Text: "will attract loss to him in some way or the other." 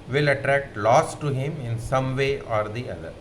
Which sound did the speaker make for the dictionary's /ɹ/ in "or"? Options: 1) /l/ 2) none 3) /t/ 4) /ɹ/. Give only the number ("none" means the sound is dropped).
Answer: 4